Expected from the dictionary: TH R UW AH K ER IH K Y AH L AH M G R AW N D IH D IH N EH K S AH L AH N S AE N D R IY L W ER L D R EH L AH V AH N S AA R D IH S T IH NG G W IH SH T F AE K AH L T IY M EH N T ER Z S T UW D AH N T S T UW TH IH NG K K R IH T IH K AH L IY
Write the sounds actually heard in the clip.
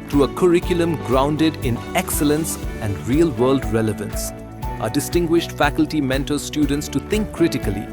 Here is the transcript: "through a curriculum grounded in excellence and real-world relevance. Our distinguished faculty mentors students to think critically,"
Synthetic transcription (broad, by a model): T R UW AH K ER IH K Y AH L AH M G R AW N D IH D IH N EH K S AH L AH N S AE N D R IY L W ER L D R EH L AH V AH N S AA D IH S T IH NG G W IH SH T F AE K AH L T IY M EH N T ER S T UW D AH N T S T UW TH IH NG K K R IH T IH K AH L IY